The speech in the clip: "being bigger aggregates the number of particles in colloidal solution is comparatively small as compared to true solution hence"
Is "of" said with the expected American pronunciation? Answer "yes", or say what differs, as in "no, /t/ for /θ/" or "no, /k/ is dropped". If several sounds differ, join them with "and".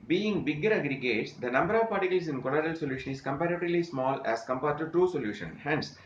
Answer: yes